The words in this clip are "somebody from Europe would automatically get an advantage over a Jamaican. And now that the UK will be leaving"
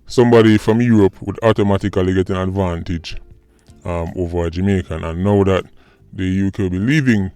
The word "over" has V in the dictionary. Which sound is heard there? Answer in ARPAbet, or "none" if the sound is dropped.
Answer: V